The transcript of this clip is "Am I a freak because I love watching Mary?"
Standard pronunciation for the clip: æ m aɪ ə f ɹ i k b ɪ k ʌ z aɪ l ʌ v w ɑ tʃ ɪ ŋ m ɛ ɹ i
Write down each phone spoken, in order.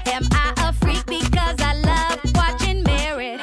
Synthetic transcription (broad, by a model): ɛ m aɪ ə f ɹ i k b ɪ k ʌ z aɪ l ʌ v w ɑ tʃ ɪ ŋ m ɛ ɹ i